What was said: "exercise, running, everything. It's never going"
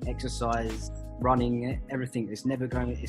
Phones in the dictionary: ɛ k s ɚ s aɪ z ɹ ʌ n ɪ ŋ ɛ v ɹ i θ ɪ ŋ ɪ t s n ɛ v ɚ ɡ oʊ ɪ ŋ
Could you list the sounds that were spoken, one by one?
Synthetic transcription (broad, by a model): ɛ k s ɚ s aɪ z ɹ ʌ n ɪ ŋ ɛ v ɹ i θ ɪ ŋ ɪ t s n ɛ v ɚ ɡ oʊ ɪ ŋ